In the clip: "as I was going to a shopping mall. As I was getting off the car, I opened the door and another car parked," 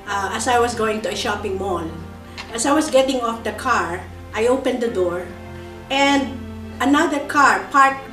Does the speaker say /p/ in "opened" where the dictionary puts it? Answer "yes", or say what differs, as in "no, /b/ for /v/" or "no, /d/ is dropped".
yes